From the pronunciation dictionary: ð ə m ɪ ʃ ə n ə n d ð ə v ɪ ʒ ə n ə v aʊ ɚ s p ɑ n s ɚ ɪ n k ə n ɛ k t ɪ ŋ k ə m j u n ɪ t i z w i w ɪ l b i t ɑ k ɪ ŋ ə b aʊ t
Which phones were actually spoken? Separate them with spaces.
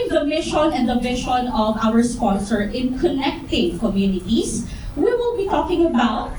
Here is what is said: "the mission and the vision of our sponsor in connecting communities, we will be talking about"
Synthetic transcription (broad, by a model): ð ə m ɪ ʃ ə n ə n d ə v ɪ ʃ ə n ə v aʊ ɚ s p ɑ n s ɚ ɪ n k ə n ɛ k t ɪ ŋ k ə m j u n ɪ t i s w i w ɪ l b i t ɑ k ɪ ŋ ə b aʊ t